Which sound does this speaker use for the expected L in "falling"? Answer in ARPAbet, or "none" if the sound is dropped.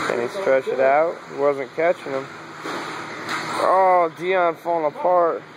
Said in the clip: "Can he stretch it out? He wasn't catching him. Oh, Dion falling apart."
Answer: none